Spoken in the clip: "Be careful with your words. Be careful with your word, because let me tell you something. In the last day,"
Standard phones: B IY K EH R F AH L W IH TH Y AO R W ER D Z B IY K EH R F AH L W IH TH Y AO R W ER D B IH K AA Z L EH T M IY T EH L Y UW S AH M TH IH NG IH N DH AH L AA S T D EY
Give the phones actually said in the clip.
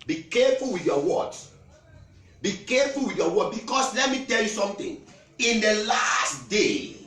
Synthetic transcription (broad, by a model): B IY K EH F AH L W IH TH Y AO W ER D B IY K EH F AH L W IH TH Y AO W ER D B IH K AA S L EH T M IY T EH L Y UW S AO M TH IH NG IH N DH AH L AA S T D EY